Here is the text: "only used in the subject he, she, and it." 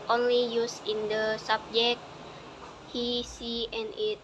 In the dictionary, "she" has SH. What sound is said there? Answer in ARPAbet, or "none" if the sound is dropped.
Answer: S